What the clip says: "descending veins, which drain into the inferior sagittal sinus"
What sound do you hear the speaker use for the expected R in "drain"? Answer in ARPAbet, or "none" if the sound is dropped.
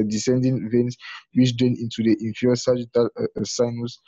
none